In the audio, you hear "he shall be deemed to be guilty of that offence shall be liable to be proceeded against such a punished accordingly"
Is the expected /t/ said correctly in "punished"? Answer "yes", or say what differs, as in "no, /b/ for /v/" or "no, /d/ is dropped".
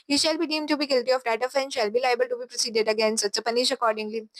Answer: no, /t/ is dropped